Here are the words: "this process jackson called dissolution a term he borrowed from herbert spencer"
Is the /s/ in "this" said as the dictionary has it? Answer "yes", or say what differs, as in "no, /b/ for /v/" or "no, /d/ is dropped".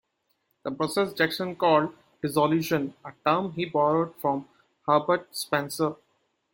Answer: no, /s/ is dropped